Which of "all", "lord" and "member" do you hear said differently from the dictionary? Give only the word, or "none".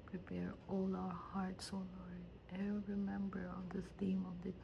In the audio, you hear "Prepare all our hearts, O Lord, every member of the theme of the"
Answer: lord